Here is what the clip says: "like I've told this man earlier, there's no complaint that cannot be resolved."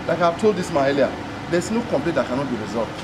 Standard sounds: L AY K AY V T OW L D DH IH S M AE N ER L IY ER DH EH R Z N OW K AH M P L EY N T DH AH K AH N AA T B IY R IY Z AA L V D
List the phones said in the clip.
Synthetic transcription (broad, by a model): L AY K AY V T OW L D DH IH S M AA ER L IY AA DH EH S N OW K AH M P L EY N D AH K AH N AA T B IY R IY Z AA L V